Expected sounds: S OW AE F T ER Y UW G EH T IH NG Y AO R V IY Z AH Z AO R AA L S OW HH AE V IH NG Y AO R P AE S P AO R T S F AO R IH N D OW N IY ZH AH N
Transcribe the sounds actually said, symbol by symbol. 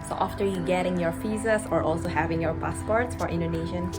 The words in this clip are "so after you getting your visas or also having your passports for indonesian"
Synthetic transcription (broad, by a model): S OW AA F T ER Y UW G EH T IH NG Y AO R F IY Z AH S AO R AA L S OW HH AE V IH NG Y AO R P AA S P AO R T S F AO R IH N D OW N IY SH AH N